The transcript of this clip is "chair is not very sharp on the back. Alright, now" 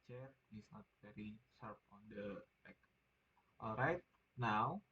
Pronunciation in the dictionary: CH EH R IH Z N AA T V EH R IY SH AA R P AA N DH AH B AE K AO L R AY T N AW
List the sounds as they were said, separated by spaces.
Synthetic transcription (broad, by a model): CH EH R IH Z N AA T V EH R IY S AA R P AA N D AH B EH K AO L R AY T N AW